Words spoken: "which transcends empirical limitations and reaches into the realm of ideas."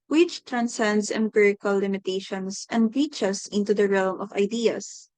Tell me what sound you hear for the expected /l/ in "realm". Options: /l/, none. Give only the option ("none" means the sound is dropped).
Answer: /l/